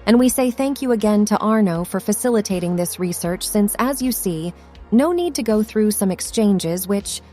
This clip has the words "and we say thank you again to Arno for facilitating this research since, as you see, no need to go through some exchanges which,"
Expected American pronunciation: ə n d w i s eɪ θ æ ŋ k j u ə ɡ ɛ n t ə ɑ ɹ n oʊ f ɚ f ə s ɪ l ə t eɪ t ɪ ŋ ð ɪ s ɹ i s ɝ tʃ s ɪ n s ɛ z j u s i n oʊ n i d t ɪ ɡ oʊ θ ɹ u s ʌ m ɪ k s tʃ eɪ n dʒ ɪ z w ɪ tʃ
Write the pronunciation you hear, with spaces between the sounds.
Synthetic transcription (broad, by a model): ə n w i s eɪ θ æ ŋ k j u ə ɡ ɛ n t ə ɑ ɹ n oʊ f ɚ f ə s ɪ l ə t eɪ t ɪ ŋ ð ɪ s ɹ i s ɝ tʃ s ɪ n s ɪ z j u s i n oʊ n i d t ɪ ɡ oʊ θ ɹ u s ʌ m ɪ k s tʃ eɪ n dʒ ɪ z w ɪ tʃ